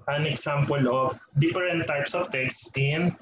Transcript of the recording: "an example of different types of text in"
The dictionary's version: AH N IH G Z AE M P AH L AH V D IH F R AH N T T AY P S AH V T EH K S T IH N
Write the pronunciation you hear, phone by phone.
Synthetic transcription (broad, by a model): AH N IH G S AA M P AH L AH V D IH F R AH N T T AY P S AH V T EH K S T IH N